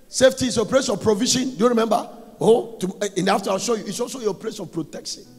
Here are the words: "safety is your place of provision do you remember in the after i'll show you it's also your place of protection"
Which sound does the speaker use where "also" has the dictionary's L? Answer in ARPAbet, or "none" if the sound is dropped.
L